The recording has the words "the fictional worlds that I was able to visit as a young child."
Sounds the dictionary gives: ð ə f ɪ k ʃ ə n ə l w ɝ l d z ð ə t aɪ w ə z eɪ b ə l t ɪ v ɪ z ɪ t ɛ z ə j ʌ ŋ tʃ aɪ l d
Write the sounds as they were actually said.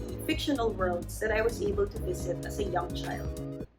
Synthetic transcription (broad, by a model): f ɪ k ʃ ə n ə l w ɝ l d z ð ə t aɪ w ə z eɪ b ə l t ɪ v ɪ z ɪ t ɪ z ə j ʌ ŋ tʃ aɪ l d